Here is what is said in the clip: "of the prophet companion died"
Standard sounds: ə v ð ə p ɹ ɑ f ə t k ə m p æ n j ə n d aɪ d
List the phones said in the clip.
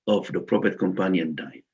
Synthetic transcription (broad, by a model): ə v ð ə p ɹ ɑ p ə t k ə m p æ n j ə n d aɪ